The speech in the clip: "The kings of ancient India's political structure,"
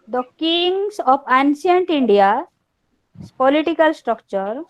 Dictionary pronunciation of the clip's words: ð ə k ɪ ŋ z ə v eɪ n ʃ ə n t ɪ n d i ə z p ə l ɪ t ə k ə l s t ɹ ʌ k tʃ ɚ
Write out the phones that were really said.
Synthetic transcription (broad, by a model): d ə k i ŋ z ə p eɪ n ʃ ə n t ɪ n d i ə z p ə l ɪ t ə k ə l s t ɹ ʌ k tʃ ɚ